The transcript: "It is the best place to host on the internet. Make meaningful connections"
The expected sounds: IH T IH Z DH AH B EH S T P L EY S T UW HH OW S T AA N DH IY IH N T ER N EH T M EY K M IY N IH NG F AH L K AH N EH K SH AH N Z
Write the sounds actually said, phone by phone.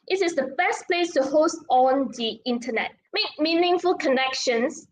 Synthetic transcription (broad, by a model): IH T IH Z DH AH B EH S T P L EY S T UW HH OW S T AA N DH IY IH N T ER N EH T M EY K M IY N IH NG F AH L K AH N EH K SH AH N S